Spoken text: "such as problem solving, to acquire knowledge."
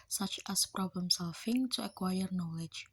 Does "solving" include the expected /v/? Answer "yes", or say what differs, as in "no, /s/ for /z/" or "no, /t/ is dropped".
no, /f/ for /v/